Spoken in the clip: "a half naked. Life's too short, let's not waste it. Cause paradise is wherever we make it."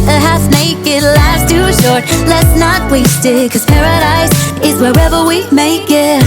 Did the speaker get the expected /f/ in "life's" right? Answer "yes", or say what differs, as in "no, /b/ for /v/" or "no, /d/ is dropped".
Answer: no, /f/ is dropped